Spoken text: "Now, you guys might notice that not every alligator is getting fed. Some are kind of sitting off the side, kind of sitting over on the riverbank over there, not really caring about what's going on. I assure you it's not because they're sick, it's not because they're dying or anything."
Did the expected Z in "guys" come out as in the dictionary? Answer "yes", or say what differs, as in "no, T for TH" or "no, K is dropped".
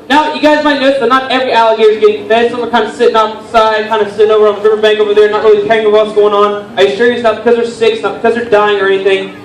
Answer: yes